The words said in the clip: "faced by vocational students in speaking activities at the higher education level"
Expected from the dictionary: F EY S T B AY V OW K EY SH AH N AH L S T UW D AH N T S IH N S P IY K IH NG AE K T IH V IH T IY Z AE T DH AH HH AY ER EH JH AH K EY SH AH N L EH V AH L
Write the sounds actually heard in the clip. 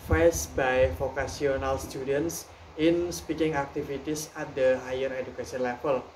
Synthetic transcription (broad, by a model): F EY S B AY F OW K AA S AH N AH L S T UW D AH N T S IH N S P IY K IH NG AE K T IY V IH T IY S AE T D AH HH AY ER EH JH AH K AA S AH N L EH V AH L